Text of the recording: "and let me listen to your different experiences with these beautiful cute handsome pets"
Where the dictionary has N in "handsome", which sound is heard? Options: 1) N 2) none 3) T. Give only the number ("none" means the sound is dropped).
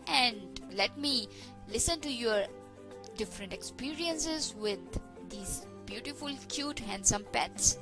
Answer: 1